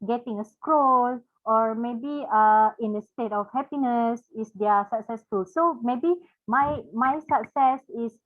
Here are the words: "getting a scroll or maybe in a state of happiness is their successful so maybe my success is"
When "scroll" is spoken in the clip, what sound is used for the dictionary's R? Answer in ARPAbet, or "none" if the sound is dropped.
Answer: R